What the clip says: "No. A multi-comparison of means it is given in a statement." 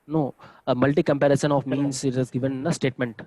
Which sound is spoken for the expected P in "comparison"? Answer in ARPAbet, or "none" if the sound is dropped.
P